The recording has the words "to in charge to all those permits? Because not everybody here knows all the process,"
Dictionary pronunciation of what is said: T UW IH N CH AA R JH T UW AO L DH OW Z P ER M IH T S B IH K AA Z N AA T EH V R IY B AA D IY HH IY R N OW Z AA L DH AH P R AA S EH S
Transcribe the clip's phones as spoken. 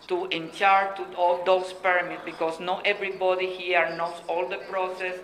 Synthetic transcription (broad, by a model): T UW IH N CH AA R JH T UW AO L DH OW S P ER M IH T B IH K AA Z N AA T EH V R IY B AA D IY HH IY R N OW S AA L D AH P R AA S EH S